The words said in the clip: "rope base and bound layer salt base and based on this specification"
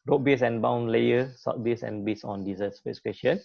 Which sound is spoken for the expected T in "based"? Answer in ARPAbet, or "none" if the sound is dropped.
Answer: none